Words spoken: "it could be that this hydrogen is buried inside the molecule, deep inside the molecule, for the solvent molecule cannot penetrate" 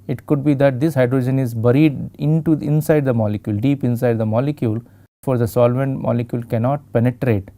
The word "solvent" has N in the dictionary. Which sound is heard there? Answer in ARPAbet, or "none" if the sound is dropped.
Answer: N